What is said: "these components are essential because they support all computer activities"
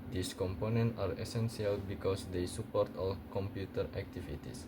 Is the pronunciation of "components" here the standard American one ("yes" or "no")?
no